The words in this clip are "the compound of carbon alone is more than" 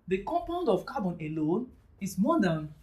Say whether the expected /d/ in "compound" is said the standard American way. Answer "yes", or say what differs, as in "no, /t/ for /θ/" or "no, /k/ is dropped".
yes